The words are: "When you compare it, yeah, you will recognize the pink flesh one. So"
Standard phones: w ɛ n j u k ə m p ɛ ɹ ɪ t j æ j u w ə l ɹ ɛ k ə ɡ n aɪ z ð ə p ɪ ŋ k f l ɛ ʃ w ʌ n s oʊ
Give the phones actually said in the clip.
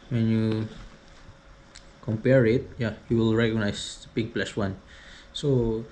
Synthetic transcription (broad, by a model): w ɛ n j u k ə m p ɛ ɹ ɪ t j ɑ j u w ə l ɹ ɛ k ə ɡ n aɪ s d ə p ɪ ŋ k p l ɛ s w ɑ n s oʊ